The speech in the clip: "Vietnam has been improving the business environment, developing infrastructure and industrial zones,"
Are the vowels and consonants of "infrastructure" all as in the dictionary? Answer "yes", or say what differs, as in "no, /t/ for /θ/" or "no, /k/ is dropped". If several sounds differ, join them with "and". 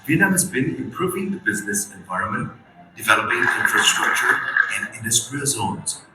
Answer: yes